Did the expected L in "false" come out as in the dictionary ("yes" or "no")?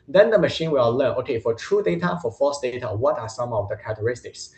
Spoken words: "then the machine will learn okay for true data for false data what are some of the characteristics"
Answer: no